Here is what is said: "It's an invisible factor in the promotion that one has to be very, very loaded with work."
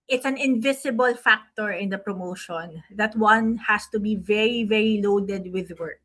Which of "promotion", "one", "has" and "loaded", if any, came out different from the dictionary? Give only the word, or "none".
has